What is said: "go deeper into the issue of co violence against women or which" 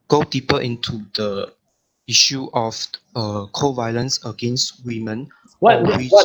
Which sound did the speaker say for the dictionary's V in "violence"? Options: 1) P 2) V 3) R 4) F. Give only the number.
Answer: 2